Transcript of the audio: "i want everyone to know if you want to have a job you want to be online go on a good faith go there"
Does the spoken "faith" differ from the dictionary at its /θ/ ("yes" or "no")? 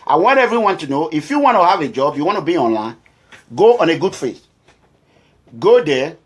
yes